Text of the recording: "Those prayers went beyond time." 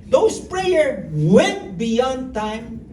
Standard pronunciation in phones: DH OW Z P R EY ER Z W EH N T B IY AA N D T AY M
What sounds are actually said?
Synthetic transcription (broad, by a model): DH OW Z P R EY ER W EH N T B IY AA N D T AY M